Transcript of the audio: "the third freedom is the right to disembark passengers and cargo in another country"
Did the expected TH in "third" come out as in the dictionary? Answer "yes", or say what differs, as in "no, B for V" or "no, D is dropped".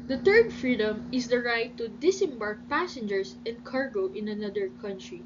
no, T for TH